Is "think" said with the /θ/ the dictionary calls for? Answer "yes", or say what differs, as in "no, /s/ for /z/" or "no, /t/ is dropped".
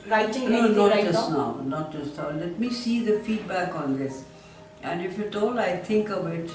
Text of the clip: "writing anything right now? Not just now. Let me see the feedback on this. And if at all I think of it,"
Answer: no, /t/ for /θ/